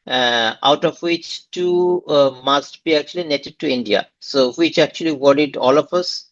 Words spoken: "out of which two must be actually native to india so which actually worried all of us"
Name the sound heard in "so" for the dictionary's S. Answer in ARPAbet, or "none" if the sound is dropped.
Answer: S